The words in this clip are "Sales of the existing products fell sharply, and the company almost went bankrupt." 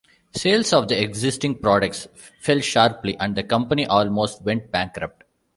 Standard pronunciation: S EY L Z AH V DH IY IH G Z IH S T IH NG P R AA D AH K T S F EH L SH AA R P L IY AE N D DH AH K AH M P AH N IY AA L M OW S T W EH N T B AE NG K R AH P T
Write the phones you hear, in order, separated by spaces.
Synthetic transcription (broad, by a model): S EY L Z AH V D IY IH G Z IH S T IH NG P R AA D AH K T S F EH L SH AA R P L IY AE N D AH K AH M P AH N IY AA L M OW S T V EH N T B AE NG K R AH P T